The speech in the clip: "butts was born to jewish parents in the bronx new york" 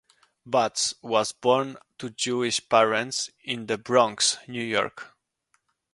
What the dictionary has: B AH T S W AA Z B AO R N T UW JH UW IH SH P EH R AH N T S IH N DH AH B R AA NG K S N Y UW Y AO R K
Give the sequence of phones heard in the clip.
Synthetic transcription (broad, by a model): B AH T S W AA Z B AO R N T UW JH UW IH SH P EH R AH N T S IH N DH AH B R AA NG K S N Y UW Y AO R K